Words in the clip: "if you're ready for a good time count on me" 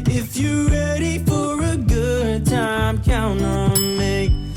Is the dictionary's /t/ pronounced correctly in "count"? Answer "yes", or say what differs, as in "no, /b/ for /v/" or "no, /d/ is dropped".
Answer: no, /t/ is dropped